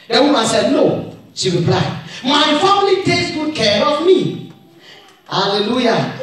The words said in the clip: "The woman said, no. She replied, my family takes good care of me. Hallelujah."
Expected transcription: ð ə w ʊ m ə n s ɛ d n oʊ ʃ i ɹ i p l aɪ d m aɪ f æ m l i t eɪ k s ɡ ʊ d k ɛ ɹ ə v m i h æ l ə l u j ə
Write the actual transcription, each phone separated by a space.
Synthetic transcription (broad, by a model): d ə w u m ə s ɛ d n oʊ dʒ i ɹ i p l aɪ m aɪ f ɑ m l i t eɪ s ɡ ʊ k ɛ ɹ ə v m i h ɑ l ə l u j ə